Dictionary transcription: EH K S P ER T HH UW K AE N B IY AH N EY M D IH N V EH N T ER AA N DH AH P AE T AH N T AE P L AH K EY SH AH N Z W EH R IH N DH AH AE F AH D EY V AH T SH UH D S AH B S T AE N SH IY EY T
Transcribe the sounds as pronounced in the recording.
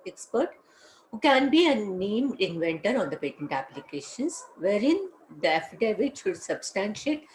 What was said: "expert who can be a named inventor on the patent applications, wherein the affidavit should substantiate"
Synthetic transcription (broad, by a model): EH K S P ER T HH UW K AE N B IY AH N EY M IH N V EH N T ER AA N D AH P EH T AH N T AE P L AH K EY SH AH N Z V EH R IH N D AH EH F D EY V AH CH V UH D S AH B S T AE N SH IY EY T